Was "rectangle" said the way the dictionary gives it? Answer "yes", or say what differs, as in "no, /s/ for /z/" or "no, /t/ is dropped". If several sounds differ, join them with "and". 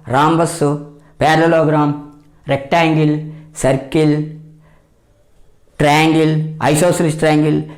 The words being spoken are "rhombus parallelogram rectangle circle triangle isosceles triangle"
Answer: yes